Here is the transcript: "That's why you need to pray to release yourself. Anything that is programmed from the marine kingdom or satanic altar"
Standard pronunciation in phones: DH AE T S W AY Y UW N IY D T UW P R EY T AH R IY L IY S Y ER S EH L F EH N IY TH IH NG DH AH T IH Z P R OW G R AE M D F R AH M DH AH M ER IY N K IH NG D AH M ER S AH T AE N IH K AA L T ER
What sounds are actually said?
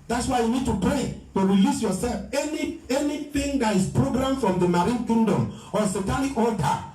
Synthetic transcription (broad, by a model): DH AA T S W AY Y UW N IY D T UW P R EY T AH R IY L IY S Y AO S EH L F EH N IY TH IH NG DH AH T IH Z P R OW G R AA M F R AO M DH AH M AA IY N K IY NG D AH M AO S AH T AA L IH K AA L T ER